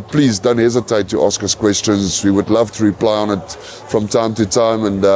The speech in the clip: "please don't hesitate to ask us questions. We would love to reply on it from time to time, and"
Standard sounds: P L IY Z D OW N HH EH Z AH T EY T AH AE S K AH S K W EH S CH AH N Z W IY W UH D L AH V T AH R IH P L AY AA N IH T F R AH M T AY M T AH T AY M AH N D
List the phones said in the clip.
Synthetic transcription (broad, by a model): P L IY Z D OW N HH EH Z AH T EY T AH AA S K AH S K W EH S CH AH N Z W IY W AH D L AH V T AH R IH P L AY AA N IH T F R AH M T AY M T AH T AY M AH N